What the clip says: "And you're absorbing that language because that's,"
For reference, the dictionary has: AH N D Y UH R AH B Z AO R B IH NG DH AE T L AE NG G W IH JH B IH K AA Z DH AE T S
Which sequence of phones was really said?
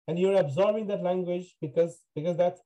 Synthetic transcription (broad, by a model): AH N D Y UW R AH B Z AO R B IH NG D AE T L AE NG G W IH JH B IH K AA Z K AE T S